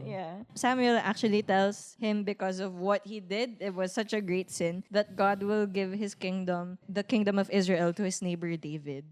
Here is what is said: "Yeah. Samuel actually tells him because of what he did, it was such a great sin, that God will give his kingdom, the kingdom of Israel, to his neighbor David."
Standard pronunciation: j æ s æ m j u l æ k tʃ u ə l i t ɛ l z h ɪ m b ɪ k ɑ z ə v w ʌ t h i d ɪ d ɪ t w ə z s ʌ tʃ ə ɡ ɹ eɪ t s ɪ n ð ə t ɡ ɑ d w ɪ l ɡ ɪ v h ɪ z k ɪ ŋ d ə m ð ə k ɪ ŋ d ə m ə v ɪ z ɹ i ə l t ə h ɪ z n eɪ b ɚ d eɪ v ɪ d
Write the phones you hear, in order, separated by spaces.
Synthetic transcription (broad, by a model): j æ s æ m j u l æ k tʃ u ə l i t ɛ l s h ɪ m b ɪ k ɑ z ə v w ʌ t h i d ɪ d ɪ t w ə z s ʌ tʃ ə ɡ ɹ eɪ t s ɪ n ð ə t ɡ ɑ d w ɪ l ɡ ɪ v h ɪ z k ɪ ŋ d ə m ð ə k ɪ ŋ d ə m ə v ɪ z ɹ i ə l t ə h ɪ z n eɪ b ɚ d eɪ v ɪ d